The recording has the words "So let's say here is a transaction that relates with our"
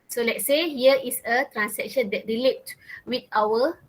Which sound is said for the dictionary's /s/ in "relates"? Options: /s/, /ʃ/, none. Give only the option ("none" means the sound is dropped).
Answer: none